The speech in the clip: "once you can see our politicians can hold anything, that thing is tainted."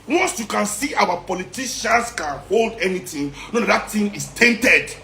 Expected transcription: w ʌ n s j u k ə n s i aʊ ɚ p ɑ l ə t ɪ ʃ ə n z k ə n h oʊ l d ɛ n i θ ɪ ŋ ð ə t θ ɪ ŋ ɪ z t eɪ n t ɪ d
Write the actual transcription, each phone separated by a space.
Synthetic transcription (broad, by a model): w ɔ n s j u k ə n s i aʊ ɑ p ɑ l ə t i ʃ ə n s k ə n h oʊ l d ɛ n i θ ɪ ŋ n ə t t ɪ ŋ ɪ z t eɪ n t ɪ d